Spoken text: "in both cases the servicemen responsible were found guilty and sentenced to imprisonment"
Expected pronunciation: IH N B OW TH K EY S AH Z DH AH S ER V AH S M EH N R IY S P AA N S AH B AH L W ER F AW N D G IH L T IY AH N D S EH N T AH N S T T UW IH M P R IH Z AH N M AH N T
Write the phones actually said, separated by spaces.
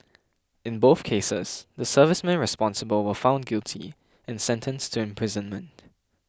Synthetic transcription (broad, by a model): IH N B OW TH K EY S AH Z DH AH S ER V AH S M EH N R IY S P AA N S AH B AH L W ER F AW N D G IH L T IY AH N S EH N T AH N S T T UW IH M P R IH Z AH N M AH N T